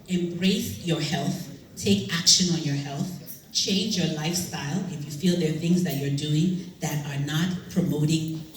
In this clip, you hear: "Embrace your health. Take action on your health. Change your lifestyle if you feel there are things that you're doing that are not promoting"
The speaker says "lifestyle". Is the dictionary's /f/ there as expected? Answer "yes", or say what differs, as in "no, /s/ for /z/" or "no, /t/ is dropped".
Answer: yes